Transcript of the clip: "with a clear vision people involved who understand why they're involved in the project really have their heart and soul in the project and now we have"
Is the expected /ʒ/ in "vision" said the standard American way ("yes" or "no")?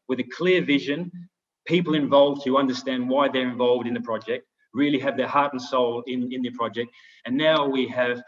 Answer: yes